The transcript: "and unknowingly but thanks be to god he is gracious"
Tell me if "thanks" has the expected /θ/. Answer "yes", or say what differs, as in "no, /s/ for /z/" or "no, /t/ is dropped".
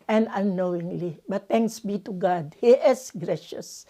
no, /t/ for /θ/